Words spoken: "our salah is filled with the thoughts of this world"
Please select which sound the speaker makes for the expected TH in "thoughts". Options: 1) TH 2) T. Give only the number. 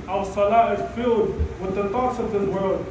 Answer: 2